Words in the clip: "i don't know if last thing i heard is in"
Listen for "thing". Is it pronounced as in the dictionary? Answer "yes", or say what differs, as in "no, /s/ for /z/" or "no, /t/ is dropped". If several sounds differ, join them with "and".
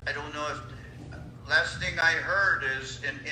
yes